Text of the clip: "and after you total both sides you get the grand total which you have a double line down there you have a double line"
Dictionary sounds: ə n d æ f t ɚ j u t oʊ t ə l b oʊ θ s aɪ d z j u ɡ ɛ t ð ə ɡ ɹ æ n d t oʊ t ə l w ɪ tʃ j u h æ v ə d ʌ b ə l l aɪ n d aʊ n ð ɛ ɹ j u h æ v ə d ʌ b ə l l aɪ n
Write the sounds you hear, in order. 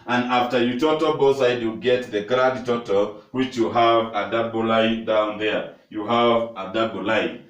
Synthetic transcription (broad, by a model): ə n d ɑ f t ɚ j u t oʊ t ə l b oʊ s aɪ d j u ɡ ɛ t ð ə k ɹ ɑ d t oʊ t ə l w ɪ tʃ j u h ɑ v ə d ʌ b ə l l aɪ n d aʊ n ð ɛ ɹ j u h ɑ v ə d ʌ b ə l l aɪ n